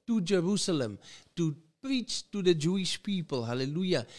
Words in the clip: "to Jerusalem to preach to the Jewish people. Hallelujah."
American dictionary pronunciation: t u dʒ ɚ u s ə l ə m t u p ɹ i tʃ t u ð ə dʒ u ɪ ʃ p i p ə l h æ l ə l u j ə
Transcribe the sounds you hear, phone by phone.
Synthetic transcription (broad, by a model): t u dʒ ɚ u s ə l ə m t u p ɹ i tʃ t u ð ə dʒ u ɪ ʃ p i p ə l h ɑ l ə l u j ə